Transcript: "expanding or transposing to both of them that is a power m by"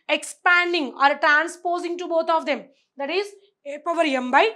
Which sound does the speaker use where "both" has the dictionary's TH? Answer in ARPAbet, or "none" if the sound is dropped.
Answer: T